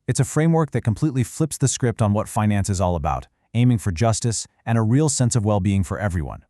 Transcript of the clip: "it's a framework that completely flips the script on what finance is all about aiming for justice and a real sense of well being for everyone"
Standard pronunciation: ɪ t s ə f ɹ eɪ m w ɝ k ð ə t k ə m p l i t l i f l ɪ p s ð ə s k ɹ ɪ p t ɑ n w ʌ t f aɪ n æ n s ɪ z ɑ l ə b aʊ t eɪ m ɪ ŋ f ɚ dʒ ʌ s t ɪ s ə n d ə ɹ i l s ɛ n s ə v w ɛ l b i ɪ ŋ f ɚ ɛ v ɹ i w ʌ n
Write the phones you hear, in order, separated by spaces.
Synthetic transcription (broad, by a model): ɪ t s ə f ɹ eɪ m w ɝ k ð ə t k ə m p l i t l i f l ɪ p s ð ə s k ɹ ɪ p t n w ʌ t f aɪ n æ n s ɪ z ɑ l ə b aʊ t eɪ m ɪ ŋ f ɚ dʒ ʌ s t ɪ s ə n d ə ɹ i l s ɛ n s ə v w ɛ l b i ɪ ŋ f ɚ ɛ v ɹ i w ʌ n